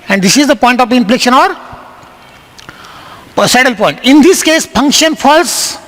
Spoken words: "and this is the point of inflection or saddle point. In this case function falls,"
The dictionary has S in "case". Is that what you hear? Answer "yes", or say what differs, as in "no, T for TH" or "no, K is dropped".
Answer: yes